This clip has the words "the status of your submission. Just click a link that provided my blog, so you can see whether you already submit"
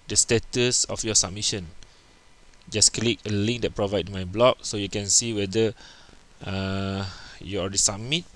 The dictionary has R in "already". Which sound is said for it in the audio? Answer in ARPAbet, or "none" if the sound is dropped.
L